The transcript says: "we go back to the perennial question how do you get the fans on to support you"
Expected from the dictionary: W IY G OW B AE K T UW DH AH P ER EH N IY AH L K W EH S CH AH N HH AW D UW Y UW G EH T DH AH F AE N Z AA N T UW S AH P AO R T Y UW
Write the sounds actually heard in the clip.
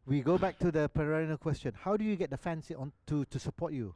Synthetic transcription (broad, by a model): W IY G OW B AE K T UW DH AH P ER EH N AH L K W EH S CH AH N HH AW D UW Y UW G EH T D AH F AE N S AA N T UW S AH P AO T Y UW